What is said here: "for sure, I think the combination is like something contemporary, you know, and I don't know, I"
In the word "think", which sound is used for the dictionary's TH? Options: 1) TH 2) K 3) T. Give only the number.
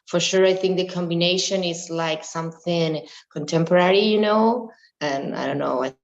1